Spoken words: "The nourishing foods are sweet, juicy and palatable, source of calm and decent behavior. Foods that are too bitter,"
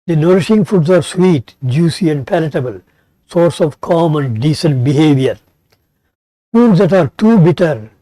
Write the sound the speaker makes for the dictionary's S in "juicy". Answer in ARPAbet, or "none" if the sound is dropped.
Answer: S